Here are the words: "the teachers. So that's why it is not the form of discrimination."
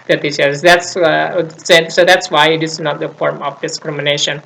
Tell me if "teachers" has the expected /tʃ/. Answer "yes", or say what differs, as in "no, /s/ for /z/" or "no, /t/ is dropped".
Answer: no, /s/ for /tʃ/